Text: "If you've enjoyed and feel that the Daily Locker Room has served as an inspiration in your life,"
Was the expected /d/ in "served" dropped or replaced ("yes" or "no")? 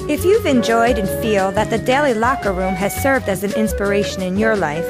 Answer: no